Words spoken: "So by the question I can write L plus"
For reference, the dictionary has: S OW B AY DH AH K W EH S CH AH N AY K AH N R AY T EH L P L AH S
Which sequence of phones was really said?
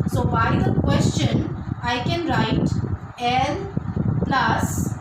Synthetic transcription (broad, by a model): S OW B AY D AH K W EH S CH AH N AY K AH N R AY T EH N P L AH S